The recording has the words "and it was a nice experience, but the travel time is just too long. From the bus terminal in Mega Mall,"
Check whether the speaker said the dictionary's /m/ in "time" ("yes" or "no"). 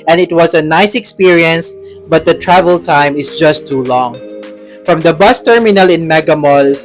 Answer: yes